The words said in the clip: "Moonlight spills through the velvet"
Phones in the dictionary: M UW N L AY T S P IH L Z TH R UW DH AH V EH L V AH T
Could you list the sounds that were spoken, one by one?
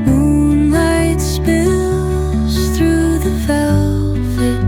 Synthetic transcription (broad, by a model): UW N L AY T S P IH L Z TH R UW DH AH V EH L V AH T